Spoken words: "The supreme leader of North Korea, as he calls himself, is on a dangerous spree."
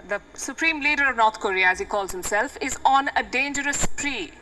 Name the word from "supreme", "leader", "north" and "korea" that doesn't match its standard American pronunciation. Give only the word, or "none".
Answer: north